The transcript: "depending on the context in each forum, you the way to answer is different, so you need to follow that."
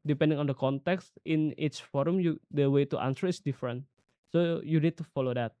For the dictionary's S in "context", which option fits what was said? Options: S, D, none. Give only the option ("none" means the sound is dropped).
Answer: S